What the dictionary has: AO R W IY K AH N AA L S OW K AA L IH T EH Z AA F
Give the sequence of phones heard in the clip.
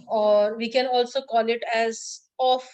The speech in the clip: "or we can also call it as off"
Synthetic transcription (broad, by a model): AO R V IY K AH N AA L S OW K AA L IH T EH Z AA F